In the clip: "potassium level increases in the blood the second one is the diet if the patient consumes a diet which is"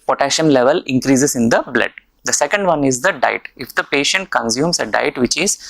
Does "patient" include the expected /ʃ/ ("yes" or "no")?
yes